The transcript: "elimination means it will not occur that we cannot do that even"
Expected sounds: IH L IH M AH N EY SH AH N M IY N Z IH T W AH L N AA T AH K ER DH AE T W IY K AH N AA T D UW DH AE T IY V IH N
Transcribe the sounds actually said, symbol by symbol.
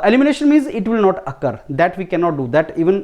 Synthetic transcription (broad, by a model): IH L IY M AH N EY SH AH N M IY N Z IH T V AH L N AA T AH K ER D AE T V IY K AH N AA T D UW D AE T IY V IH N